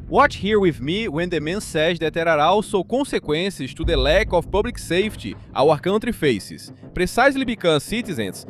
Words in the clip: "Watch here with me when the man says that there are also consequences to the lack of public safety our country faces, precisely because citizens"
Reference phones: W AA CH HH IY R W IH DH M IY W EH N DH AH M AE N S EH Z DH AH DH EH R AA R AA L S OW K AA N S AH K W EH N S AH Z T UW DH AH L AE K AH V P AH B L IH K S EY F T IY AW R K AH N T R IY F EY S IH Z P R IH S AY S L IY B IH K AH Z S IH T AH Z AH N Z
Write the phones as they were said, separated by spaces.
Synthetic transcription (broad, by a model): W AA CH HH IY R W IH DH M IY W EH N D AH M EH N S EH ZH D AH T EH R AA R AA W S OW K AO S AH K W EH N S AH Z T UW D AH L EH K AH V P AH B L IH K S EY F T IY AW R K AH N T R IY F EY S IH S P R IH S AY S L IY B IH K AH S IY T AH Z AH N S